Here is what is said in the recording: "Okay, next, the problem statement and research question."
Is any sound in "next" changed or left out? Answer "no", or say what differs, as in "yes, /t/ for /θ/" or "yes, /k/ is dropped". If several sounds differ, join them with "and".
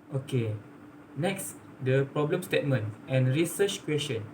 no